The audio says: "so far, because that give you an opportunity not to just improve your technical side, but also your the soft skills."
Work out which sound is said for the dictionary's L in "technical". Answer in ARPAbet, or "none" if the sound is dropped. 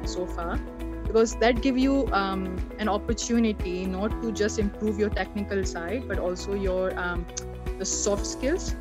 L